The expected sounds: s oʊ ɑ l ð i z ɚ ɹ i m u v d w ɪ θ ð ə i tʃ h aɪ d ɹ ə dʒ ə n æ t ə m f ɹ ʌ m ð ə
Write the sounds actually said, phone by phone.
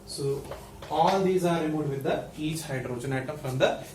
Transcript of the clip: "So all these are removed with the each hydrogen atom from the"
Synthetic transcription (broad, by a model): s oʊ ɑ l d i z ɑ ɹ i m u d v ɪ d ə i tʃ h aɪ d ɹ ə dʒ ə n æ t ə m f ɹ ʌ m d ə